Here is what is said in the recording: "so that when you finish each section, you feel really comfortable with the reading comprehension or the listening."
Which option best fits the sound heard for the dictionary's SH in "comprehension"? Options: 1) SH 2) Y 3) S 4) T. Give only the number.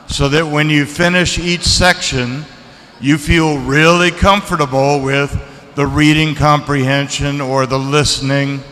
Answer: 1